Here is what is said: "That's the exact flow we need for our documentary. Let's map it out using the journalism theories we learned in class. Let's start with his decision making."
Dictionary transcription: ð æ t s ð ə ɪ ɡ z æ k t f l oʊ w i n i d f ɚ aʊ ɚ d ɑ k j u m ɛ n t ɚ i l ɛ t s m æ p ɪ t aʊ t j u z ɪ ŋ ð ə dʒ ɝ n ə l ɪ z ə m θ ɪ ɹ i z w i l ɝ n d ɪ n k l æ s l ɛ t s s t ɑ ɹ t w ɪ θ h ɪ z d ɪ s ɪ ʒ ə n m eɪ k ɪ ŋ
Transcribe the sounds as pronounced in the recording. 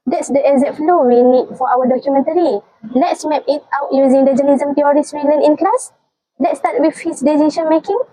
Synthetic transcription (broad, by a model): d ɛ t s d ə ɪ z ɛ t f l oʊ w i n i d f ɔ aʊ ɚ d ɑ k j u m ɛ n t ɚ i l ɛ t s m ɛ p ɪ t aʊ t j u z ɪ ŋ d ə dʒ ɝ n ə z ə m t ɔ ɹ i s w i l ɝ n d ɪ n k l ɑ s l ɛ t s s t ɑ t w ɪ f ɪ s d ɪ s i ʃ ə n m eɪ k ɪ ŋ